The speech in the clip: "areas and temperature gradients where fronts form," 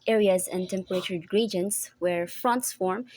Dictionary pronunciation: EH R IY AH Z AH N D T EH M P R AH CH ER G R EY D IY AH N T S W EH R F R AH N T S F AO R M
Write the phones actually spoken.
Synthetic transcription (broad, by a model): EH R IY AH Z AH N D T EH M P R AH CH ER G R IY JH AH N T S W EH R F R AH N T S F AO R M